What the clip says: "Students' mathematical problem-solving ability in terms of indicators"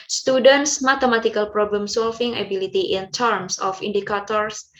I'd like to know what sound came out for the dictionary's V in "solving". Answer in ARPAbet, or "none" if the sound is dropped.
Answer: F